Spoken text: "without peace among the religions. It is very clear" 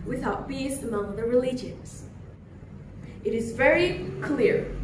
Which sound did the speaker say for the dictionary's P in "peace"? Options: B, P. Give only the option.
B